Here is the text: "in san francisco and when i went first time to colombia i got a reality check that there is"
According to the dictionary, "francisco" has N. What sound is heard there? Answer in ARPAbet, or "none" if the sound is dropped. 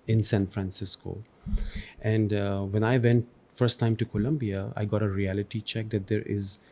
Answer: N